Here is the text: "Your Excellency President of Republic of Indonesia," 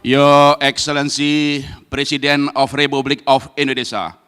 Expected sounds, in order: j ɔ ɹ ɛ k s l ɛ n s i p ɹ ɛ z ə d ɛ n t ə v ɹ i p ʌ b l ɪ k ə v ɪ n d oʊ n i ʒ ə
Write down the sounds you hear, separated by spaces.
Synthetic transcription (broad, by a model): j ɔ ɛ k s l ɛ n s i p ɹ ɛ s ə d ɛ n ə f ɹ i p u b l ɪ k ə f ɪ n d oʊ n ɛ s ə